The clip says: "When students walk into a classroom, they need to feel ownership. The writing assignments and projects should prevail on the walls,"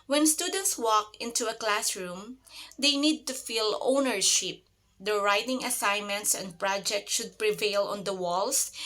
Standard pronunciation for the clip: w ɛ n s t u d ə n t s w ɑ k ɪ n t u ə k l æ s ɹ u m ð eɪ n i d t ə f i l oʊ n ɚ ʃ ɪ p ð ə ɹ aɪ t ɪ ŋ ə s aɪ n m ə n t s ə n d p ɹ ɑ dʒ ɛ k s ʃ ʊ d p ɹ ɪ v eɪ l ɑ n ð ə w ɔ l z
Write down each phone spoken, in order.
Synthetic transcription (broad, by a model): w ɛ n s t u d ə n t s w ɑ k ɪ n t u ə k l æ s ɹ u m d eɪ n i d t ə f i l oʊ n ɚ ʃ ɪ p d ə ɹ aɪ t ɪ ŋ ə s aɪ n m ə n t s ə n d p ɹ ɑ dʒ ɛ k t ʃ ʊ d p ɹ ɪ v eɪ l ɑ n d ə w ɔ l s